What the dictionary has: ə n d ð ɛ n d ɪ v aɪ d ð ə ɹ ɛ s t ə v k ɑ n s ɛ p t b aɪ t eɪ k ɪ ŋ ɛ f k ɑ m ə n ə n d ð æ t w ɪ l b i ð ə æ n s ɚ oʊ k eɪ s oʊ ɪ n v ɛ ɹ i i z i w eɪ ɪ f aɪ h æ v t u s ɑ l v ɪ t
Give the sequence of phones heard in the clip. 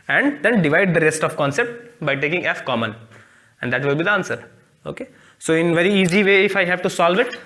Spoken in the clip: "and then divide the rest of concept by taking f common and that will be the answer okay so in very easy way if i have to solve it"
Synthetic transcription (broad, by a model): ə n d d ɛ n d ɪ v aɪ d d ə ɹ ɛ s t ə v k ɑ n s ɛ p t b aɪ t eɪ k ɪ ŋ ɛ f k ɑ m ə n ə n d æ t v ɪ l b i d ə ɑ n s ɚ oʊ k eɪ s oʊ ɪ n v ɛ ɹ i i z i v eɪ ɪ f aɪ h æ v t u s ɑ l v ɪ t